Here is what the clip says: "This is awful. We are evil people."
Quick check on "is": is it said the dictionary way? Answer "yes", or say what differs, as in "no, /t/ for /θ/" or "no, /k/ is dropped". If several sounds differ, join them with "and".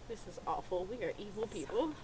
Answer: yes